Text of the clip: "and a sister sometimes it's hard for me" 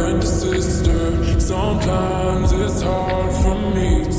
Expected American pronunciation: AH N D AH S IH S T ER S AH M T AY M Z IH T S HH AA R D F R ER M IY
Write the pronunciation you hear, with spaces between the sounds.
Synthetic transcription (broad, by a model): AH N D AH S IH S T ER S AH M T AY M Z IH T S HH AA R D F R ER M IY